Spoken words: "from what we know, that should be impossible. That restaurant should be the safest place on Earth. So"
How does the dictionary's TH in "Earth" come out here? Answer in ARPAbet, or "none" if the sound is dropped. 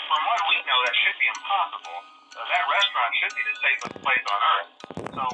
TH